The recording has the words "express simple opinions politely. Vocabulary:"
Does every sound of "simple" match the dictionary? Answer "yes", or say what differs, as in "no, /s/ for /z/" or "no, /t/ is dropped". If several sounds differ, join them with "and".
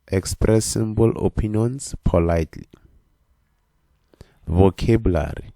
no, /b/ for /p/